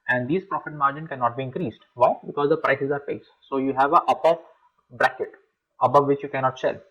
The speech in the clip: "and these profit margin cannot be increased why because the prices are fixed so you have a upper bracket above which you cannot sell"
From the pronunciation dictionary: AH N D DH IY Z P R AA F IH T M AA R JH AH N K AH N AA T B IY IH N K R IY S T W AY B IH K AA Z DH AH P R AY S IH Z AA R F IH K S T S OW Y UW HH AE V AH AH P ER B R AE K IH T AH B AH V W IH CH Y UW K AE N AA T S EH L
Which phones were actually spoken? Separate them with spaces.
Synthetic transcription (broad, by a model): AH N D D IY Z P R AA F IH T M AA R JH AH N K AH N AA T B IY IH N K R IY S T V AY B IH K AA Z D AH P R AY S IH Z AA R P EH S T S OW Y UW HH AE V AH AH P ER B R AE K IH T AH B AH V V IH CH Y UW K AE N AA T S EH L